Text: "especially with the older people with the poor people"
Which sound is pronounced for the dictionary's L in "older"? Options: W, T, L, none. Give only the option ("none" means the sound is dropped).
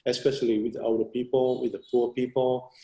none